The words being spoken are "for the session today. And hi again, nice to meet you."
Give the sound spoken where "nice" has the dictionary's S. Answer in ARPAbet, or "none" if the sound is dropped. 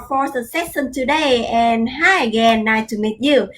none